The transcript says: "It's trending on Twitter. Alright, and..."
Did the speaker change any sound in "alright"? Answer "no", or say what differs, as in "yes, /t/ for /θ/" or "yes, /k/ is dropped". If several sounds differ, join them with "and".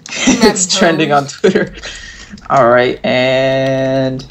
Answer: no